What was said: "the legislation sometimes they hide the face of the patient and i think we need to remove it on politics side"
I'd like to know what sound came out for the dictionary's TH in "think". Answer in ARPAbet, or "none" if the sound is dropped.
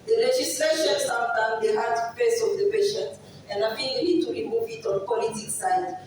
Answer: F